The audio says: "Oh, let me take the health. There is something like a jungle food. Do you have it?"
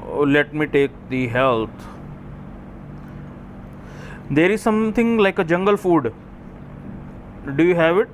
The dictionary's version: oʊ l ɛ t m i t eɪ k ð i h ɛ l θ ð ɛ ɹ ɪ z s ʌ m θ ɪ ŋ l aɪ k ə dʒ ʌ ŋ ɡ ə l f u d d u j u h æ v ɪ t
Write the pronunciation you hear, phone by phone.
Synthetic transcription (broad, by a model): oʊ l ɛ t m i t eɪ k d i h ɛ l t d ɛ ɹ ɪ z s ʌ m t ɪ ŋ l aɪ k ə dʒ ʌ ŋ ɡ ə l f u d d u j u h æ v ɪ t